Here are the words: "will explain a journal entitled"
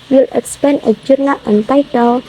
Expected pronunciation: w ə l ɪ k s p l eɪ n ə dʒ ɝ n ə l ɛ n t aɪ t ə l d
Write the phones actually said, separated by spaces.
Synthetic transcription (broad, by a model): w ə l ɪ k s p eɪ n ə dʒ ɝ n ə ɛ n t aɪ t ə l